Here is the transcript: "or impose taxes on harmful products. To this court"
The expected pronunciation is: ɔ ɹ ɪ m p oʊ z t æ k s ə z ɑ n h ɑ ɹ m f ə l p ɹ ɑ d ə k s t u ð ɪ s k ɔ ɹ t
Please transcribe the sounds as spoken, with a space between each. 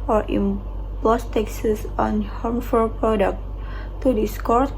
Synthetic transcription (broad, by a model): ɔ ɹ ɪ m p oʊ s t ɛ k s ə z ɑ n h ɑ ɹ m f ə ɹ p ɹ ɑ d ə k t t u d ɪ s k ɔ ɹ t